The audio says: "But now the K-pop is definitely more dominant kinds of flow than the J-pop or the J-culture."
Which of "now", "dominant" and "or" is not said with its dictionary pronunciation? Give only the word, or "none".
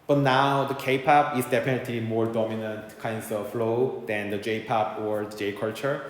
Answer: none